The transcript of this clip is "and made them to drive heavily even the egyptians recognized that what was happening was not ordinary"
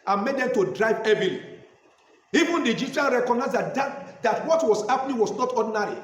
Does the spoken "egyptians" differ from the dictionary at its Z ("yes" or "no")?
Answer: yes